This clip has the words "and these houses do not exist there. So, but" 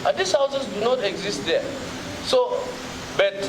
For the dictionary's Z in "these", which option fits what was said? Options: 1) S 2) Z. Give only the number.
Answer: 1